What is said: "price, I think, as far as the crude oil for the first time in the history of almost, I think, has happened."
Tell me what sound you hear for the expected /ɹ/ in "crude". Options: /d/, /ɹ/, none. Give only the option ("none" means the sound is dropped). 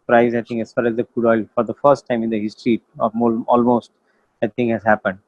none